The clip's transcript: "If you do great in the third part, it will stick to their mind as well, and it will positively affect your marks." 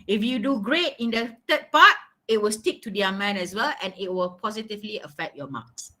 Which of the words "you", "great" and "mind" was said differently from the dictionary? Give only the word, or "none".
mind